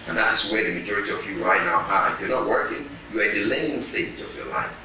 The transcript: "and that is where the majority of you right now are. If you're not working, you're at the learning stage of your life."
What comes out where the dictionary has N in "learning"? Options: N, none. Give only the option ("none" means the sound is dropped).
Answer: none